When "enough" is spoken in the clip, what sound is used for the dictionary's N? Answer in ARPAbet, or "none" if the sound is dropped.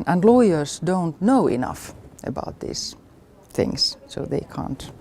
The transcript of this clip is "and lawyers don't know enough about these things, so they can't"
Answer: N